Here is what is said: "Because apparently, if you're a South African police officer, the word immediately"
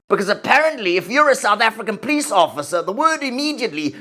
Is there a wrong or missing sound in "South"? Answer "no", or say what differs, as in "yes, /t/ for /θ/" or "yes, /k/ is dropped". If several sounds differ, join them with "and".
no